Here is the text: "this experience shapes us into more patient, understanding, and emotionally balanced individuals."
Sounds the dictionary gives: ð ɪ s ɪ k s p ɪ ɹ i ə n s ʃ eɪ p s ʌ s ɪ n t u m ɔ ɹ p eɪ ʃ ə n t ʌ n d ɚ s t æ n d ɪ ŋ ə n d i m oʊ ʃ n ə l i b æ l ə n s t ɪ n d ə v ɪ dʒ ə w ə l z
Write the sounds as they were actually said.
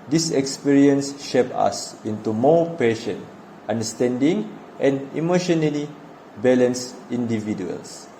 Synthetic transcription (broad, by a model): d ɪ s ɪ k s p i ɹ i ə n s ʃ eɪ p ɑ s ɪ n t u m ɔ p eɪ ʃ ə n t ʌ n d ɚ s t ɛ n d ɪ ŋ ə n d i m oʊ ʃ n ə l i b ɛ l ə n s i n d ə v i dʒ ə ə l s